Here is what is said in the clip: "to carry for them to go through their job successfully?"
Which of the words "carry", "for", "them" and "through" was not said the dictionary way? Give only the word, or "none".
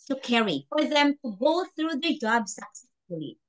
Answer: none